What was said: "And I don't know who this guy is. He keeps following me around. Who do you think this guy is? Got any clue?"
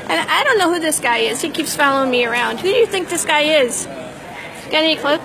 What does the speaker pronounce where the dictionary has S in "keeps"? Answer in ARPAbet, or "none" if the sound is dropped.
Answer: S